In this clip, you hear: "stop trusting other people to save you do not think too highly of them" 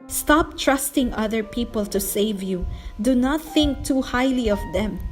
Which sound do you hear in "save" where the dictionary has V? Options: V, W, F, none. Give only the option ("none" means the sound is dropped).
V